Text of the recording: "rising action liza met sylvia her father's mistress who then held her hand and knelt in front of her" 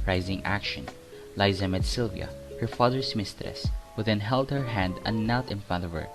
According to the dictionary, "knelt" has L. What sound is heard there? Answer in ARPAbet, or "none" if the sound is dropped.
none